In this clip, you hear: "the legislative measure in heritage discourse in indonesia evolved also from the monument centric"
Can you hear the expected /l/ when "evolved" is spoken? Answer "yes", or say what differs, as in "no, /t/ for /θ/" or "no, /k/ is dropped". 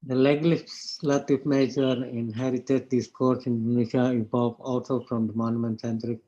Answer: no, /l/ is dropped